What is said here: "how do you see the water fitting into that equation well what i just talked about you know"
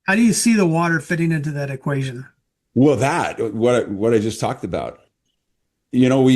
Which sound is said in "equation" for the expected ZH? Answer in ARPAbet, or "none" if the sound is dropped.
ZH